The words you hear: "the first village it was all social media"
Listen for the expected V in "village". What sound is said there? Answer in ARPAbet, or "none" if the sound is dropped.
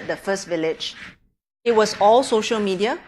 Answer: V